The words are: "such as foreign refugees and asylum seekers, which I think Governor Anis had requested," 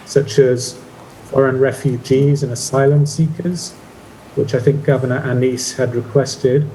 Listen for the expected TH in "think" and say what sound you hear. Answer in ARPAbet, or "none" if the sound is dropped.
TH